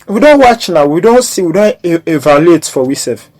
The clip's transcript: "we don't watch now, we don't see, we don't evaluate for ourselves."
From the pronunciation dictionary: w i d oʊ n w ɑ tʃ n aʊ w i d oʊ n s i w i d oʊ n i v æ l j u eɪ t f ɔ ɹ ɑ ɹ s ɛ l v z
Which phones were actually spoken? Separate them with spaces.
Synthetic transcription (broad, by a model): w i d oʊ n w ɑ tʃ n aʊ w i d oʊ n s i w i d oʊ n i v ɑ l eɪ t f ɔ w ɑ s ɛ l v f